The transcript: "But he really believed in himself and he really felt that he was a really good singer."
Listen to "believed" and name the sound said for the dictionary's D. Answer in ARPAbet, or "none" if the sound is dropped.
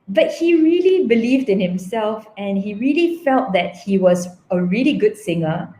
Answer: D